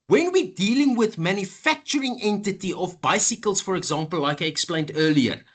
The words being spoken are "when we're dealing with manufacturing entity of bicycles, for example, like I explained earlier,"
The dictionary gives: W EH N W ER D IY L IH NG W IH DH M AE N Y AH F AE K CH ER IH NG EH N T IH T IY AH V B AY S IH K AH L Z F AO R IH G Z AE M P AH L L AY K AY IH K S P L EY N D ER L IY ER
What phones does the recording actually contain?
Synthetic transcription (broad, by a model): W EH N W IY D IY L IH NG W IH DH M AE N Y AH F AE K CH ER IH NG EH N T IH T IY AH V B AY S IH K AH L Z F AO R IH G Z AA M P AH L L AY K AY IH K S P L EY N D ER L IY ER